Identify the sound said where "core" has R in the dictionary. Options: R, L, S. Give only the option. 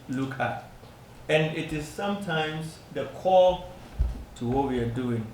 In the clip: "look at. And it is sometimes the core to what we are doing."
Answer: L